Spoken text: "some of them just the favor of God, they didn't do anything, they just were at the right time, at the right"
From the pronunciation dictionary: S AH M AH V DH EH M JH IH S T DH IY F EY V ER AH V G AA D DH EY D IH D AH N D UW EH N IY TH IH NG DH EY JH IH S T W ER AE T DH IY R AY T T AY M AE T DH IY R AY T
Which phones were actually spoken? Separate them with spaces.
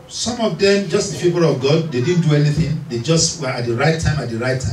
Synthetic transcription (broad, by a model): S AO M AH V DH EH M JH IH S T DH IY P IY P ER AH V G AA D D EY D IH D N D UW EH N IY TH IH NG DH EY JH IH S T W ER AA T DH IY R AY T T AY M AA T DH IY R AY T